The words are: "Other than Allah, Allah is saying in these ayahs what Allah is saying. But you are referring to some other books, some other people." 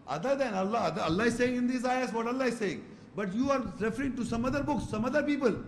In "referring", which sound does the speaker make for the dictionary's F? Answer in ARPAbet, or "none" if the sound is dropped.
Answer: F